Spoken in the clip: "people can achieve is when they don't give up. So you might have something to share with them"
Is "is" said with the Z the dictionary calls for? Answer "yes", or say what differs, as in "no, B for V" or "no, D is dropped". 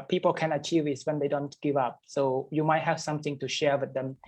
no, S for Z